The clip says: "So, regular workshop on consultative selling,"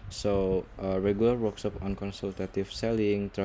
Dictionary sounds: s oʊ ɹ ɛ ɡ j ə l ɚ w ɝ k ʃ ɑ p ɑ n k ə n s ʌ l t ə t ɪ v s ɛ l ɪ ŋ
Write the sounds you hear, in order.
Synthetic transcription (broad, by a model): s oʊ ɹ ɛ ɡ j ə l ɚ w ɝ k s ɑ p ɑ n k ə n s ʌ l t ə t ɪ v s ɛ l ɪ ŋ